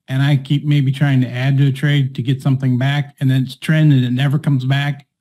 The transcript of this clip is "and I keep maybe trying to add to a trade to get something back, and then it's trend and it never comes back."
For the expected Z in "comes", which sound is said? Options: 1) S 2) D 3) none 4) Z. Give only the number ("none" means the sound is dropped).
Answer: 4